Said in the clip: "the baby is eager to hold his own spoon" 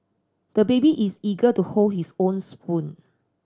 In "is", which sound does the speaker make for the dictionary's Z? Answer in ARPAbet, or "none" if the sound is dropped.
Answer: S